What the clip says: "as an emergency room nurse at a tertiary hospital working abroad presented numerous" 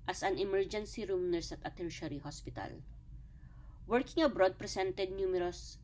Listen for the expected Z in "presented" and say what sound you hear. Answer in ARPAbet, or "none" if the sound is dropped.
S